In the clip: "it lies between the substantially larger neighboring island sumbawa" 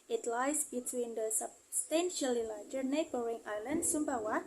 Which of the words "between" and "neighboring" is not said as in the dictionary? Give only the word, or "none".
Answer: none